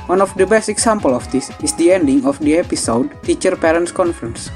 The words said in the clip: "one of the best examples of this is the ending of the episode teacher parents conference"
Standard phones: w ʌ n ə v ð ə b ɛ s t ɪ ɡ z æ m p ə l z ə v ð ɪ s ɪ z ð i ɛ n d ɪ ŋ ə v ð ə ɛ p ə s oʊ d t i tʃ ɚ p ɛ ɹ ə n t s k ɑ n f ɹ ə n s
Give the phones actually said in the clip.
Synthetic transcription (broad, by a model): w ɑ n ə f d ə b ɛ s t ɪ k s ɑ m p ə l ə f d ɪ s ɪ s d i ɛ n d ɪ ŋ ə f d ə ɛ p ə s oʊ d t i tʃ ɚ p ɛ ɹ ə n t s k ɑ n f ɹ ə n s